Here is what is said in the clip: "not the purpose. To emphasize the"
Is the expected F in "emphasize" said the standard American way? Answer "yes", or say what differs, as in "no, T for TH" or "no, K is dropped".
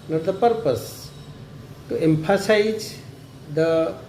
no, P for F